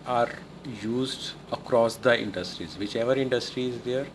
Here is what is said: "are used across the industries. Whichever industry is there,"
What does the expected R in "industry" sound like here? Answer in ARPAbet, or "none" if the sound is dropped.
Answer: R